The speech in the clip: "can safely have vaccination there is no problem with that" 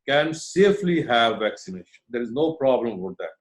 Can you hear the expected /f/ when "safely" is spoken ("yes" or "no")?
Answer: yes